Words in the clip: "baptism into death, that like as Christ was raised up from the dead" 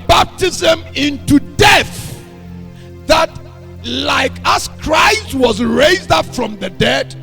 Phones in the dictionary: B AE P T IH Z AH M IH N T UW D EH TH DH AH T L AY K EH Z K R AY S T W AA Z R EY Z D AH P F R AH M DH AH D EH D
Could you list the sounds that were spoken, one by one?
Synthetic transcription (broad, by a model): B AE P T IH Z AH M IH N T UW D EH TH DH AH T L AY K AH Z K R AY S T W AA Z R EY Z D AH P F R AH M DH AH D EH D